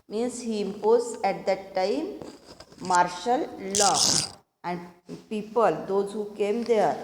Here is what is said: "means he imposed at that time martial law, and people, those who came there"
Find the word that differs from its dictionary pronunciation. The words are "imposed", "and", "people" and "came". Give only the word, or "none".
imposed